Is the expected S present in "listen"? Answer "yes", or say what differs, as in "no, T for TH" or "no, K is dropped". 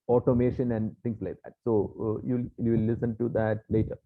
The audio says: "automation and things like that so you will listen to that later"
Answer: yes